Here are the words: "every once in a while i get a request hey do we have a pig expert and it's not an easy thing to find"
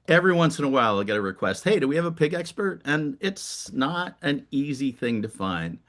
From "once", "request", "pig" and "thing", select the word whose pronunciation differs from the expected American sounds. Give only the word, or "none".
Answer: none